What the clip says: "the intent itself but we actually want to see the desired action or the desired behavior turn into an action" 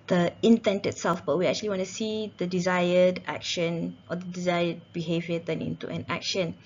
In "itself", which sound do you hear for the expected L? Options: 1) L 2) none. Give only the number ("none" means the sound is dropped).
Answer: 1